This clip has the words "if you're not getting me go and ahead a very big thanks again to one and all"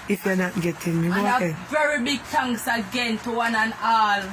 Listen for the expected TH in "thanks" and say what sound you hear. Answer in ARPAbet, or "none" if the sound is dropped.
T